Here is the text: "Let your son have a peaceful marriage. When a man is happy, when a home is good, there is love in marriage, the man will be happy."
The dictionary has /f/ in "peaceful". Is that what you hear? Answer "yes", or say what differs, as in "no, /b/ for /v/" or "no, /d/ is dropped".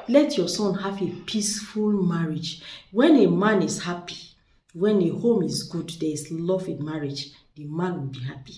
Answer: yes